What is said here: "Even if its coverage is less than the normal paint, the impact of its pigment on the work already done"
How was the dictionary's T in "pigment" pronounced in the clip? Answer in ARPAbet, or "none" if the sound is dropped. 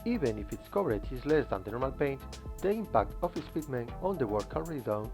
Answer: none